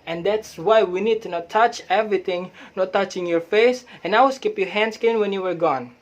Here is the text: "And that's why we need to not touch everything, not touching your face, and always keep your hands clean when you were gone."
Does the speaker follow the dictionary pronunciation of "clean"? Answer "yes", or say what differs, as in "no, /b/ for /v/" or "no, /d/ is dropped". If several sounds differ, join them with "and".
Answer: no, /l/ is dropped